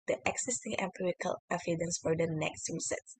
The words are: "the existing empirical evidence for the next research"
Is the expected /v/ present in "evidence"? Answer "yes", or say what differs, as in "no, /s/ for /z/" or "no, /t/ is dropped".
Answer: no, /f/ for /v/